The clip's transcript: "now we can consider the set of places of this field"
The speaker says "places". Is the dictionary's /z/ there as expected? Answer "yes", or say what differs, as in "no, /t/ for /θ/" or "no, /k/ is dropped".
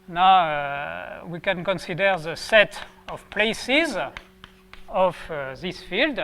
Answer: yes